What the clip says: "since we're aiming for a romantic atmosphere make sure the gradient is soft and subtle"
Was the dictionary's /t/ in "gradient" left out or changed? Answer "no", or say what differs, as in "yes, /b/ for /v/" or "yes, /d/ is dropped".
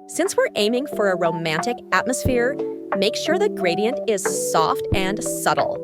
no